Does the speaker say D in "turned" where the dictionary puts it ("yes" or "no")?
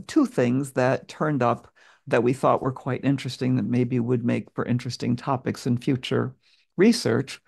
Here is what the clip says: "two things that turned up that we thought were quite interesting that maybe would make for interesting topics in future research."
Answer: yes